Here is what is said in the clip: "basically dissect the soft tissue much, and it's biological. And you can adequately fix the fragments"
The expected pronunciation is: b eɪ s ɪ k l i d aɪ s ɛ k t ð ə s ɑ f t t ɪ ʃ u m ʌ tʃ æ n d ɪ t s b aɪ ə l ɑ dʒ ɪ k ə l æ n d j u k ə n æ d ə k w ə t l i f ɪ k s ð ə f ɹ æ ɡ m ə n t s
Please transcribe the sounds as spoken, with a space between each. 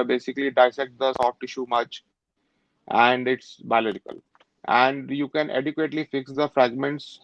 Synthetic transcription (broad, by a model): b eɪ s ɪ k l i d aɪ s ɛ k t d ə s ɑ f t t ɪ ʃ u m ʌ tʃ æ n d ɪ t s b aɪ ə l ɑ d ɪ k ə l æ n d j u k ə n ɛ d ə k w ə t l i f ɪ k s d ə f ɹ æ ɡ m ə n t s